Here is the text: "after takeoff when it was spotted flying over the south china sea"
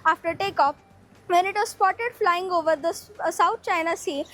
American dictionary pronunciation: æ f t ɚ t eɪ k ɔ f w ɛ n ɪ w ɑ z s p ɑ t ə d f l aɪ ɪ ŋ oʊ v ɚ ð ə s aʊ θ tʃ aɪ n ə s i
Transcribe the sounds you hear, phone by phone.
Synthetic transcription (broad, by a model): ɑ f t ɚ t eɪ k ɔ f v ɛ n ɪ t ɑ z s p ɑ t ə d f l aɪ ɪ ŋ oʊ v ɚ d ə s aʊ t tʃ aɪ n ə s i